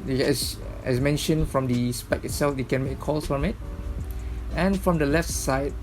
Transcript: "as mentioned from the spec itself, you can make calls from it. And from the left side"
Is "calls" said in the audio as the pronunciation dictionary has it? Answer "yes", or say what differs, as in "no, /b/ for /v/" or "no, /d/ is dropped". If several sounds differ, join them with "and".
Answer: no, /s/ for /z/